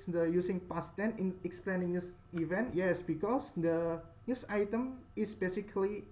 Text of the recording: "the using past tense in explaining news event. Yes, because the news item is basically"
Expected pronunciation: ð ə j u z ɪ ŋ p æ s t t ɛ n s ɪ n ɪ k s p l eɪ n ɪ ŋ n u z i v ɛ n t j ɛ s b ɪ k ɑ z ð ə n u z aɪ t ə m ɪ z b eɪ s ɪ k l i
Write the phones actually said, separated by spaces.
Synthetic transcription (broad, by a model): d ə j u s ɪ ŋ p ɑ s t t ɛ n ɪ n ɪ k s p l eɪ n ɪ ŋ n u s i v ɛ n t j ɛ s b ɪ k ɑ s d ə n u s aɪ t ə m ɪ s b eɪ s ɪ k l i